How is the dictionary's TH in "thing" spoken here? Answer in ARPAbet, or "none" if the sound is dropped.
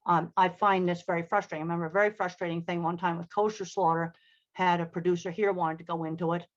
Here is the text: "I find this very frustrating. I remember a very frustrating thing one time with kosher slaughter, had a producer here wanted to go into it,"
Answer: TH